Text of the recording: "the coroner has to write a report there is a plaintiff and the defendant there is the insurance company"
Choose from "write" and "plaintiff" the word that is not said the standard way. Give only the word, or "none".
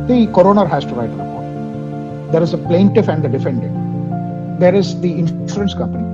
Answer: none